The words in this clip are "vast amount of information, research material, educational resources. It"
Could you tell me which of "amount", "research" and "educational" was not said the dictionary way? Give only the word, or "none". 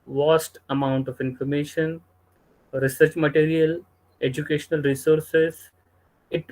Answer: none